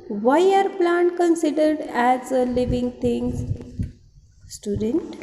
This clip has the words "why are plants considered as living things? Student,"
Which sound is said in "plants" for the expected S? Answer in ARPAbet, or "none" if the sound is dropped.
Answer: none